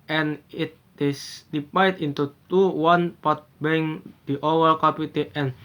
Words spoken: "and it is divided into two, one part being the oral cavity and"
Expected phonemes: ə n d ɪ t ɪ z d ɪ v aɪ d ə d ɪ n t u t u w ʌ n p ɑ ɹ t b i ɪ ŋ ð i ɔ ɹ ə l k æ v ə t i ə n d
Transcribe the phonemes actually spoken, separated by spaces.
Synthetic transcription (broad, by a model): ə n ɪ t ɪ s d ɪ p aɪ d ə n t u t u w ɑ n p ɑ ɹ t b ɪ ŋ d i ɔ w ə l k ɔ p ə t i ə n